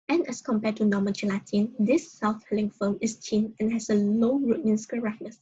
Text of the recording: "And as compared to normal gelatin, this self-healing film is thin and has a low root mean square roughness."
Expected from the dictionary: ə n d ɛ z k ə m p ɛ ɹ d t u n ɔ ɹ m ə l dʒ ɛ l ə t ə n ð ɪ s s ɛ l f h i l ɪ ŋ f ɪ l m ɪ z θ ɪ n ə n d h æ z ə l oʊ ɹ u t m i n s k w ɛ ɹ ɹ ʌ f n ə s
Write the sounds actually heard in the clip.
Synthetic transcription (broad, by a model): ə n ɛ s k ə m p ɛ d t u n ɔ m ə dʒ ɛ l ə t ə n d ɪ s s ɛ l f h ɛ l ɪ ŋ f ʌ m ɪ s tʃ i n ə n h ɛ s ə l oʊ ɹ u t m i n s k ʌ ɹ ɹ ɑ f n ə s